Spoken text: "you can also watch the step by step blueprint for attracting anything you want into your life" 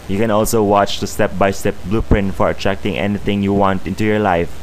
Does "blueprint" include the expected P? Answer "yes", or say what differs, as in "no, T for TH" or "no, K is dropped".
yes